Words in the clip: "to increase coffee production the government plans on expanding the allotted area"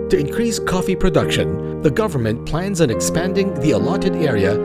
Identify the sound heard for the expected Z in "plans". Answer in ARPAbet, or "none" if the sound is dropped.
Z